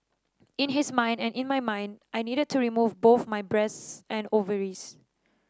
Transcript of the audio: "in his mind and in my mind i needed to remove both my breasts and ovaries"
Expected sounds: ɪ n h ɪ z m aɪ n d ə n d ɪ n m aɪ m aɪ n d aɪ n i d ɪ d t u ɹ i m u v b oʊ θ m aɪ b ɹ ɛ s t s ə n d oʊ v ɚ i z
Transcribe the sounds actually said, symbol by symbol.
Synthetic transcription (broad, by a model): ɪ n h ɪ s m aɪ n d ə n ɪ n m aɪ m aɪ n d aɪ n i d ɪ d t u ɹ i m u v b oʊ θ m aɪ b ɹ ɛ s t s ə n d oʊ v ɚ i s